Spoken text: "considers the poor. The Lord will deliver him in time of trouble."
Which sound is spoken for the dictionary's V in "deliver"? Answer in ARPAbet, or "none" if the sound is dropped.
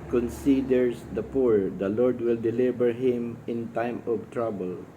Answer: B